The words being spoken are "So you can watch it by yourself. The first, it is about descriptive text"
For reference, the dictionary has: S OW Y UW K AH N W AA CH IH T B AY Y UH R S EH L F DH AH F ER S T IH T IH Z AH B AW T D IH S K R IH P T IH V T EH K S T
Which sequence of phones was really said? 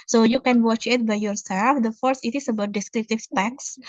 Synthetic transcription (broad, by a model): S OW Y UW K AH N W AA CH IH T B AY Y UH R S EH L F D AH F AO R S IH T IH S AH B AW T D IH S K R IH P T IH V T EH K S